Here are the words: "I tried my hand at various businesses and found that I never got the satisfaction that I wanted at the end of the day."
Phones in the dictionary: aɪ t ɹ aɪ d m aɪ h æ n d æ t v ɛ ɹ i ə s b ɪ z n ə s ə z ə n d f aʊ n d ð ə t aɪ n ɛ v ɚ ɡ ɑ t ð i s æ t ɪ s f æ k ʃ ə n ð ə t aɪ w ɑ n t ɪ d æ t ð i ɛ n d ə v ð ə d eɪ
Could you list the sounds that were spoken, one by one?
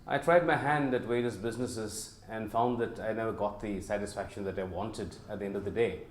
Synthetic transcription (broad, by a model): aɪ t ɹ aɪ d m aɪ h æ n d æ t w ɛ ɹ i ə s b ɪ z n ə s ə z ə n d f aʊ n d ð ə t aɪ n ɛ v ɚ ɡ ɑ t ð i s æ t ɪ s f æ k ʃ ə n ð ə t aɪ w ɑ n t ɪ d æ t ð i ɛ n d ə v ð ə d eɪ